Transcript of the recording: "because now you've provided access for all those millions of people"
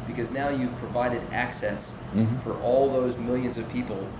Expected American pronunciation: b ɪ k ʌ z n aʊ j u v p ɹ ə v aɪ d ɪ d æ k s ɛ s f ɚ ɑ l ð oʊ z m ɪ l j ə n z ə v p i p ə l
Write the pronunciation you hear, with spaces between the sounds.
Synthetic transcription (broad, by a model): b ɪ k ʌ z n aʊ j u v p ɹ ə v aɪ d ɪ d æ k s ɛ s f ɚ ɑ l ð oʊ z m ɪ l j ə n z ə v p i p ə l